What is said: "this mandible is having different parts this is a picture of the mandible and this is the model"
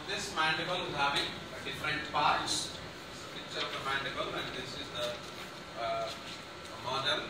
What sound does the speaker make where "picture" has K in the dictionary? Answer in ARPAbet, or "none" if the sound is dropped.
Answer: none